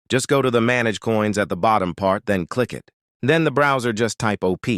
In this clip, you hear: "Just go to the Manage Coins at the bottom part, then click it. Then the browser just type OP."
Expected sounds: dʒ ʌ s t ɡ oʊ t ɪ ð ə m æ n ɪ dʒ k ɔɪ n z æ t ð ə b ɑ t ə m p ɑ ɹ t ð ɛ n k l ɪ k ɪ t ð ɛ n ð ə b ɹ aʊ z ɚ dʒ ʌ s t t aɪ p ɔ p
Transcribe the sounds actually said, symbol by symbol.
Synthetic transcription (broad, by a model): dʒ ʌ s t ɡ oʊ t ɪ ð ə m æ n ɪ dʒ k ɔɪ n z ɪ t ð ə b ɑ t ə m p ɑ ɹ t ð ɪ n k l ɪ k ɪ t ð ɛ n ð ə b ɹ aʊ z ɚ dʒ ʌ s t t aɪ p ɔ p